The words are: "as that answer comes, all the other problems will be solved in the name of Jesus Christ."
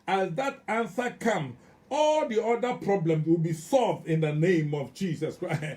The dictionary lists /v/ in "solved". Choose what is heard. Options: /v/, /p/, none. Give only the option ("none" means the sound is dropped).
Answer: /v/